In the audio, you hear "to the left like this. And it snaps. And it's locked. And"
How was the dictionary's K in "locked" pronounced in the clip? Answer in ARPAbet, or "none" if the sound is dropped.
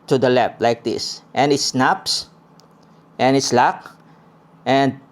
K